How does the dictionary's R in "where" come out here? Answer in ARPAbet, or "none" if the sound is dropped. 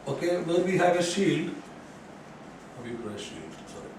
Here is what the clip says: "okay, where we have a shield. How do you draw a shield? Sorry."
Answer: L